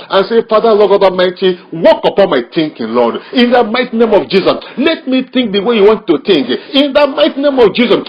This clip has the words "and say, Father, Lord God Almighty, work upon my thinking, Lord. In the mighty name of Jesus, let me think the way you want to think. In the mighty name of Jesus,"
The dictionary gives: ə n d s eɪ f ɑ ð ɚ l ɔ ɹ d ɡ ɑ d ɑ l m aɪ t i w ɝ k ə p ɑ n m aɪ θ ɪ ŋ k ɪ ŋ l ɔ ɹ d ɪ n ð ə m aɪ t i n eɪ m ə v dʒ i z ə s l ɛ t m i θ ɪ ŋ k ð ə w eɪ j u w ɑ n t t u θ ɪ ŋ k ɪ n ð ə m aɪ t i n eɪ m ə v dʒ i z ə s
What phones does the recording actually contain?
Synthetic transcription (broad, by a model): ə n s eɪ f ɑ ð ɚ l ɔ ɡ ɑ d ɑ m aɪ t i w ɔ k ə p ɑ n m aɪ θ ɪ ŋ k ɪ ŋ l ɔ d ɪ n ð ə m aɪ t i n eɪ m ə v dʒ i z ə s l ɛ t m i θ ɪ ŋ k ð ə w eɪ j u w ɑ n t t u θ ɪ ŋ k ɪ n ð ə m aɪ t i n eɪ m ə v dʒ i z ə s